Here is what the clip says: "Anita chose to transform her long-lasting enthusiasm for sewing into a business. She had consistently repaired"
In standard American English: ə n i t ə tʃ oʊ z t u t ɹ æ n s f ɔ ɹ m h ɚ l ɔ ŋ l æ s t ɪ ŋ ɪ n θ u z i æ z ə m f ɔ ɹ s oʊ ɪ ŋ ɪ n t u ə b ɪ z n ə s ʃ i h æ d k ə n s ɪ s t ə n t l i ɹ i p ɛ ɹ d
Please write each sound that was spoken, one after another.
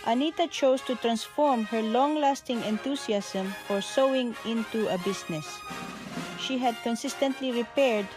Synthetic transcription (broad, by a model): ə n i t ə tʃ oʊ s t u t ɹ æ n s f ɔ ɹ m h ɚ l ɔ ŋ l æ s t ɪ ŋ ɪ n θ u s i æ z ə m f ɔ ɹ s oʊ ɪ ŋ ɪ n t u ə b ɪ s n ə s ʃ i h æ d k ə n s ɪ s t ə n t l i ɹ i p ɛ ɹ d